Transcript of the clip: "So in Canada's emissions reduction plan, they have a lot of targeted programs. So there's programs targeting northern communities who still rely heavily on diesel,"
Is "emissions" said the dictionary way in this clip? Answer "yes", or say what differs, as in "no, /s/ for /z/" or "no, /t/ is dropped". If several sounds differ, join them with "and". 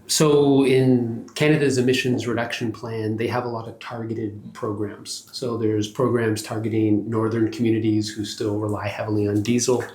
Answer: yes